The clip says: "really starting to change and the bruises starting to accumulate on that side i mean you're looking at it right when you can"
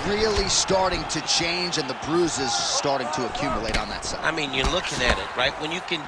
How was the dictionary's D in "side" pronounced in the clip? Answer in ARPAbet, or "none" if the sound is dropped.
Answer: none